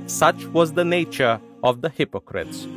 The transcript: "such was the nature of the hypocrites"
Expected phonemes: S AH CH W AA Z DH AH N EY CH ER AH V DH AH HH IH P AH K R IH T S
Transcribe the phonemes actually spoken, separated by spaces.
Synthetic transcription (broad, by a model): S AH CH W AA Z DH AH N EY CH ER AH V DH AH HH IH P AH K R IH T S